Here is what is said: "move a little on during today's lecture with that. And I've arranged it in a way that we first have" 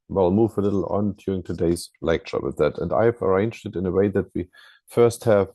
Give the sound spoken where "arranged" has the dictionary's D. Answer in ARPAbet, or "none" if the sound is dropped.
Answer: D